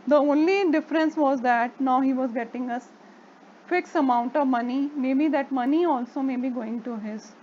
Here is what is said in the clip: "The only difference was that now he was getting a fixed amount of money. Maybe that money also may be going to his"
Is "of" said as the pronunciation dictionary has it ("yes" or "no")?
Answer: yes